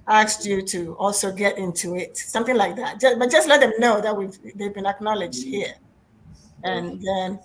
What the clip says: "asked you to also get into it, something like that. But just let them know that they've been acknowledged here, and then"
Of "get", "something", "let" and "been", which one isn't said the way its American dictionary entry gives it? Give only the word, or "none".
none